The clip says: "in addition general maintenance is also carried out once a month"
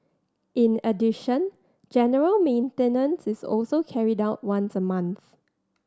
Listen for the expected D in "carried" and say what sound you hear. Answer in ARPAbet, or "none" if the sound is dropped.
D